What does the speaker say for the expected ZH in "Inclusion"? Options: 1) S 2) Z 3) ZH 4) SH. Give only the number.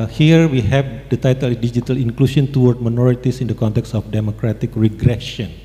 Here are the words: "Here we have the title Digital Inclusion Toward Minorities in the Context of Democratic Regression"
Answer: 1